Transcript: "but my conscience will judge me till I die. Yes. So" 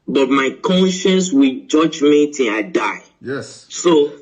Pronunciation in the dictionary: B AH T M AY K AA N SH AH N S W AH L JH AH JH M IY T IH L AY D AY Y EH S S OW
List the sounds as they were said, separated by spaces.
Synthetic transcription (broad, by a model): B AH T M AY K AA N SH AH N S W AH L JH AH JH M IY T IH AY D AY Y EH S S OW